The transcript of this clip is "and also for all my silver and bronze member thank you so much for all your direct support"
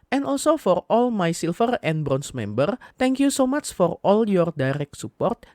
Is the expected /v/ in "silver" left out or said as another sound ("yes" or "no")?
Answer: yes